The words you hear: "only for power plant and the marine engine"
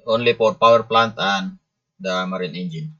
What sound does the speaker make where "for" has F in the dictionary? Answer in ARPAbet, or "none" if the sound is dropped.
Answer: P